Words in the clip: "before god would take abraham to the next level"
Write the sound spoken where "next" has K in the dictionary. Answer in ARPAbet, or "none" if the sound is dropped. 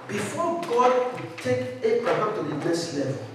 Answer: none